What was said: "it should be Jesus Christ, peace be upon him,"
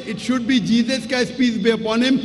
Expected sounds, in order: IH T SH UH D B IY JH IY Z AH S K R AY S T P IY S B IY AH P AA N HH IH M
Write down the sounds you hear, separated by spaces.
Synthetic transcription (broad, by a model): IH T SH UH D B IY JH IY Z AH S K AY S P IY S B IY AH P AA N HH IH M